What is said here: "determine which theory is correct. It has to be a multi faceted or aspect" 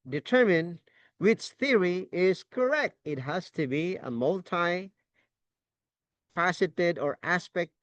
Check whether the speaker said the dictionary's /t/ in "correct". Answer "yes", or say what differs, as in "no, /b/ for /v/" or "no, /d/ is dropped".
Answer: yes